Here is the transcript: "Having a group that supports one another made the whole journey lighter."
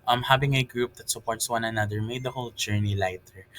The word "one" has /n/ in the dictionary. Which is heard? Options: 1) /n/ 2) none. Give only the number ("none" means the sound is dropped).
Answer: 1